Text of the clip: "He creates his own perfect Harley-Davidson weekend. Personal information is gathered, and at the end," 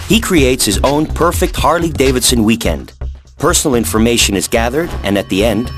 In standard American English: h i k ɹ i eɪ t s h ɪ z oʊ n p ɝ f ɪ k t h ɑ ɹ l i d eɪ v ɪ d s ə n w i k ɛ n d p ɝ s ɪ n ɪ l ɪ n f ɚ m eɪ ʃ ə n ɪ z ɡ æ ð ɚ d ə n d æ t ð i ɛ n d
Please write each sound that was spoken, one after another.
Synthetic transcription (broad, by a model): h i k ɹ i eɪ t s h ɪ z oʊ n p ɝ f ɪ k t h ɑ ɹ l i d eɪ v ɪ d s ə n w i k ɛ n d p ɝ s n l ɪ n f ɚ m eɪ ʃ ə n ɪ z ɡ æ ð ɚ d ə n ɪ t ð i ɛ n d